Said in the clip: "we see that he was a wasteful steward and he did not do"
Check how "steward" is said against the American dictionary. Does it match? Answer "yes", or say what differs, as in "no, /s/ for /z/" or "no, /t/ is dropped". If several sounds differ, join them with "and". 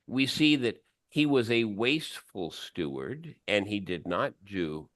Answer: yes